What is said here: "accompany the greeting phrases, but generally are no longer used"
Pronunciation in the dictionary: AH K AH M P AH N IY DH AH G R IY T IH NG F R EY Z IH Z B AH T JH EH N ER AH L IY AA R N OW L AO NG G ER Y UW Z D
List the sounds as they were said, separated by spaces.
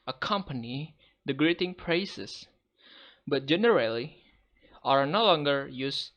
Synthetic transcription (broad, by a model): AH K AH M P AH N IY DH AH G R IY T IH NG P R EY S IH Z B AH T JH EH N ER AH L IY AA R N OW L AO NG G ER Y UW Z